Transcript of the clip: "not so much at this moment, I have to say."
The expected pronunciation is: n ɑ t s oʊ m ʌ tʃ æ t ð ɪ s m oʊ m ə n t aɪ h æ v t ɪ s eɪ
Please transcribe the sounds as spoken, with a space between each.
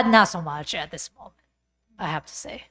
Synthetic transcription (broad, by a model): n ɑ t s oʊ m ʌ tʃ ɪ t ð ɪ s m oʊ m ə n t aɪ h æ f t ɪ s eɪ